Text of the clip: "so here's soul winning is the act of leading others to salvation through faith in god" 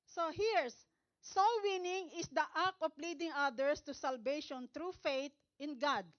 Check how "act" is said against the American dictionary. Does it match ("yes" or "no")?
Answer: no